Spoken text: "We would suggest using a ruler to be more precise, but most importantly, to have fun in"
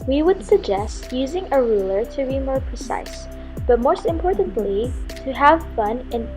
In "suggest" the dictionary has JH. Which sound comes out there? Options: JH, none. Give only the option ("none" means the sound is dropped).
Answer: JH